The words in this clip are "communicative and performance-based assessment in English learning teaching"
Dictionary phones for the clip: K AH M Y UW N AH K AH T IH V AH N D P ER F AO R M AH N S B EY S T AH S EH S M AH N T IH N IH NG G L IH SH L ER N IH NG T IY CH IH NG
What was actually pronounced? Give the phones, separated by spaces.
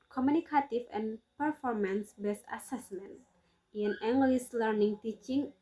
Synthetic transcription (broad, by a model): K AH M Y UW N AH K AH T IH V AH N P ER F AO R M AH N S B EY S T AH S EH S M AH N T IH N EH NG G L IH S L ER N IH NG T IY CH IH NG